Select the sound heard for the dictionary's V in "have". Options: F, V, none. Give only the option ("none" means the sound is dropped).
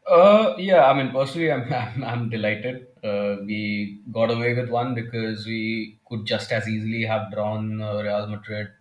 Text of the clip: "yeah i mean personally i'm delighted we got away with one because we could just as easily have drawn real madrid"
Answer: V